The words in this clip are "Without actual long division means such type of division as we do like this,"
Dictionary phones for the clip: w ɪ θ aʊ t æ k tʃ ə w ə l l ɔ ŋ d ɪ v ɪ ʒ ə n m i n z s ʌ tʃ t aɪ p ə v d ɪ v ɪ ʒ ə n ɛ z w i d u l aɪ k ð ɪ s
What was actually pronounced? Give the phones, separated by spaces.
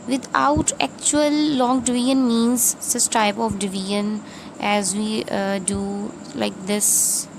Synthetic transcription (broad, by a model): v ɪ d aʊ t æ k tʃ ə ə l l ɔ ŋ d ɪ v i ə n m i n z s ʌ s t aɪ p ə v d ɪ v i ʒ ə n ɛ z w i d u l aɪ k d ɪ s